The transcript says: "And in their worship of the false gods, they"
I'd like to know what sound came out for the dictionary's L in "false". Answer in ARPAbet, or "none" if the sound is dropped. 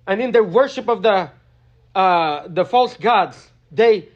L